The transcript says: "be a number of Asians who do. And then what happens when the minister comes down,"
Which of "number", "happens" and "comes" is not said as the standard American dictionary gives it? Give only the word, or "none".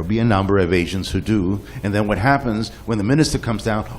none